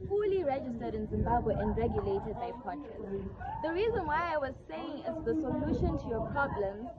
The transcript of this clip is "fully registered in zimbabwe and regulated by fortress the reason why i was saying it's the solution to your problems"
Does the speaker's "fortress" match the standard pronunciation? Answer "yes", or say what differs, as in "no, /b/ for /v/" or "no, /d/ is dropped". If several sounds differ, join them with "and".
no, /p/ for /f/